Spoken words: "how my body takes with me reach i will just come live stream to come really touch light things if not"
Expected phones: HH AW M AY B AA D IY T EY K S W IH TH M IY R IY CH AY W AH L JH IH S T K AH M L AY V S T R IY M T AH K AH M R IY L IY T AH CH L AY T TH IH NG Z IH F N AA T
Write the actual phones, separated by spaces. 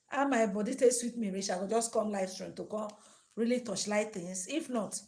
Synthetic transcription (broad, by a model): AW M AY B AA D IY T EY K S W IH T M IY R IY SH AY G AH JH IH S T K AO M L AY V S T R IY M T AH K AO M R IY L IY T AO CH L AY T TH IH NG S IH F N AA T